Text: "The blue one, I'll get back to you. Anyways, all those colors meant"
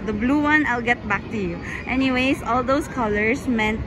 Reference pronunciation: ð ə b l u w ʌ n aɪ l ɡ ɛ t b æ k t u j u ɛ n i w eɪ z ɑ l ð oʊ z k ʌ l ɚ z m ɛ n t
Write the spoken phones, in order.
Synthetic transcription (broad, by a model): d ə b l u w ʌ n aɪ l ɡ ɛ t b æ k t u j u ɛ n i w eɪ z ɑ l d oʊ s k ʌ l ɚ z m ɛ n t